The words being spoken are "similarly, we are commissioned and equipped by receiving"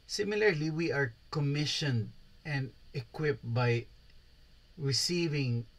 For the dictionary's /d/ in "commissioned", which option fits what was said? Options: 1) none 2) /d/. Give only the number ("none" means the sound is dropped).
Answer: 2